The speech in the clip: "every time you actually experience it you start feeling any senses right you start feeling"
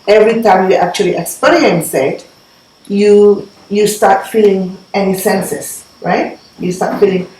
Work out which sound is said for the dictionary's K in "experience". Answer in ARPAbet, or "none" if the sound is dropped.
none